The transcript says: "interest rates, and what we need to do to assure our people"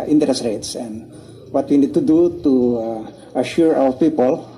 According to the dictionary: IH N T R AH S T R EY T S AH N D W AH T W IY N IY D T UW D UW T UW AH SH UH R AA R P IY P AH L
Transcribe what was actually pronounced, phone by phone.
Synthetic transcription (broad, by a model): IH N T R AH S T R EY T S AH N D W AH T W IY N IY D T UW D UW T UW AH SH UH R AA W P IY P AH L